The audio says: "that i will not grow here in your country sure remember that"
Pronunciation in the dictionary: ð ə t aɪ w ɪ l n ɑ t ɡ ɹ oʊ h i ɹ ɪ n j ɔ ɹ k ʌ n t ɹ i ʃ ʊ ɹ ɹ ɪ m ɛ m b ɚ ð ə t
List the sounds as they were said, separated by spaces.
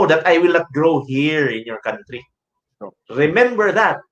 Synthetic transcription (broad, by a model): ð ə t aɪ w ɪ l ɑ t ɡ ɹ oʊ h i ɹ ɪ n j ɔ ɹ k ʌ n t ɹ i s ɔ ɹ ɹ ɪ m ɛ m b ɚ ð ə t